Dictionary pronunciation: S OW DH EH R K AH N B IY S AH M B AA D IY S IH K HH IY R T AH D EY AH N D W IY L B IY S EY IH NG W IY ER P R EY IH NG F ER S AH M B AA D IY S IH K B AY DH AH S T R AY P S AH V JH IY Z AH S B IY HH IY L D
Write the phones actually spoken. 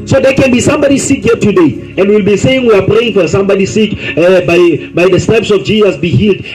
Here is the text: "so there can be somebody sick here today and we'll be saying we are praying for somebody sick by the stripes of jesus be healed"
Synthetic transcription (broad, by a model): S OW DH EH K AH N B IY S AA M B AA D IY S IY K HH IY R T AH D EY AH N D W IY L B IY S EY IH NG W IY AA P R EY IH NG F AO S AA M B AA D IY S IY K B AY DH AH S T EH P S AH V JH IY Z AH S B IY HH IY L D